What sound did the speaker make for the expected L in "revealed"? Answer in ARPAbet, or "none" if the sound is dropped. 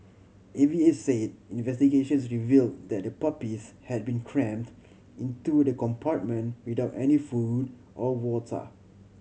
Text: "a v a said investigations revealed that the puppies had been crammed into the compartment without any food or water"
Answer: L